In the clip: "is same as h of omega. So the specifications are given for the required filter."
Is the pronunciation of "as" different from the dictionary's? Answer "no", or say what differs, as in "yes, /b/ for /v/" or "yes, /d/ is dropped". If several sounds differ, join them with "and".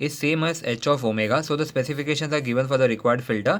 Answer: yes, /s/ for /z/